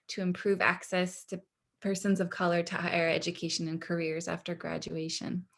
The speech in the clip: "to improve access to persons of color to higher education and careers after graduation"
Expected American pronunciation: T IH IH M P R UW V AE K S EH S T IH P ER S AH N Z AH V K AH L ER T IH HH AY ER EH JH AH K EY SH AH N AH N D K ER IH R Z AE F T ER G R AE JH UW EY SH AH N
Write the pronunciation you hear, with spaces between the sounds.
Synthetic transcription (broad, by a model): T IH IH M P R UW V AE K S EH S T IH P ER S AH N Z AH V K AH L ER T IH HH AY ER EH JH AH K EY SH AH N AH N K ER IH R Z AE F T ER G R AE JH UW EY SH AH N